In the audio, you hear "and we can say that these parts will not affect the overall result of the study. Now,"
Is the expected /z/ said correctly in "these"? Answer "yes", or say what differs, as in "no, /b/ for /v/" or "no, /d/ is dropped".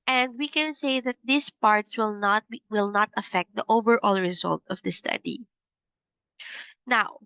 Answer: no, /s/ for /z/